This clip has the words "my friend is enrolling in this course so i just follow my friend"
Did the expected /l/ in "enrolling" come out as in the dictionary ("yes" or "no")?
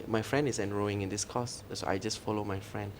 no